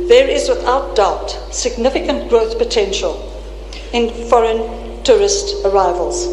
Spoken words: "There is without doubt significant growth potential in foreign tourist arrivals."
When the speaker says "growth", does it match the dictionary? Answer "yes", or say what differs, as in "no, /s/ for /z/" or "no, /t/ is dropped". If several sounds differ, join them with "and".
yes